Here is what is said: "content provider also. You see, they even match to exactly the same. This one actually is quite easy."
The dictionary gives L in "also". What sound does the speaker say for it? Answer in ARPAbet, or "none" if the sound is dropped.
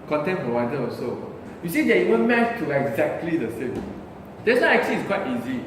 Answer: none